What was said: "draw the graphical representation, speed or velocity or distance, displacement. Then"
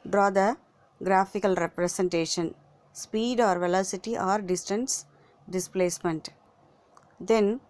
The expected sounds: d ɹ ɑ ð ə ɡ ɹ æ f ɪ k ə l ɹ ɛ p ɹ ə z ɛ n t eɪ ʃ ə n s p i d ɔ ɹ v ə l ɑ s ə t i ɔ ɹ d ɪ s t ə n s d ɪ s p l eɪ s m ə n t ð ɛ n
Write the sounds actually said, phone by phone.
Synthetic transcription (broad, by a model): d ɹ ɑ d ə ɡ ɹ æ f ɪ k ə l ɹ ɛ p ɹ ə s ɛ n t eɪ ʃ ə n s p i d ɔ ɹ v ə l ɑ s ə t i ɔ ɹ d ɪ s t ə n s d ɪ s p l eɪ s m ə n t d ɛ n